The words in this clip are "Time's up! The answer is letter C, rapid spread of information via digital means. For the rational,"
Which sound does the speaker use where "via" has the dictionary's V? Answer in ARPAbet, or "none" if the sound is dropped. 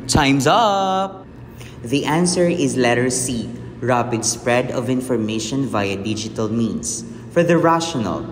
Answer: V